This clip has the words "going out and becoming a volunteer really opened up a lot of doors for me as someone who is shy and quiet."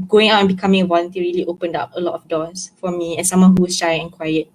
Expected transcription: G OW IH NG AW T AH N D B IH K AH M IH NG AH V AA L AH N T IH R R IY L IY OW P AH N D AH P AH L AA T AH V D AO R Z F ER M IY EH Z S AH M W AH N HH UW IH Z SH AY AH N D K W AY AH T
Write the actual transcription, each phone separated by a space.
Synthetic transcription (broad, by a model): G OW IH NG AW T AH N B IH K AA M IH NG AH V AA L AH N T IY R R IY L IY OW P AH N D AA P AH L AA T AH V D AO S F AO M IY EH S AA M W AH N HH UW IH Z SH AY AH N K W AY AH T